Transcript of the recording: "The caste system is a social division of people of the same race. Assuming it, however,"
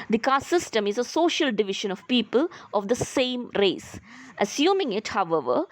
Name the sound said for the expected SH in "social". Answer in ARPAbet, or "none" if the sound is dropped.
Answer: SH